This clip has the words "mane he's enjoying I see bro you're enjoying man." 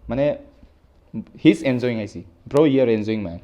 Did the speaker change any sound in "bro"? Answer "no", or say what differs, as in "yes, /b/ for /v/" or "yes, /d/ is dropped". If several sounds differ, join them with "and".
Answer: no